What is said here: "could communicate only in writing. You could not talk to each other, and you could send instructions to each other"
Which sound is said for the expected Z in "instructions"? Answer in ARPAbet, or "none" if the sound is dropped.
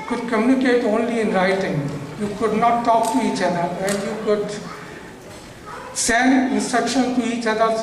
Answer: none